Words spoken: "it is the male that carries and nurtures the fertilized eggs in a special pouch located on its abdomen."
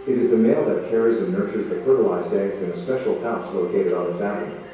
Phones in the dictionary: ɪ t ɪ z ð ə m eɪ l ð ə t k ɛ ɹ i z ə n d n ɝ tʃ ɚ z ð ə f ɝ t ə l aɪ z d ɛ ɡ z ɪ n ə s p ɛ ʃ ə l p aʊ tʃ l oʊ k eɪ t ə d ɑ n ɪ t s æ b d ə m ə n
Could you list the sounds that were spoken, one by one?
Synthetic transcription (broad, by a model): ɪ t ɪ z ð ə m eɪ l ð ə t k ɛ ɹ i z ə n n ɝ tʃ ɚ z ð ə f ɝ t ə l aɪ z d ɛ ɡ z ɪ n ə s p ɛ ʃ l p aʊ s l oʊ k eɪ t ə d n ɪ t s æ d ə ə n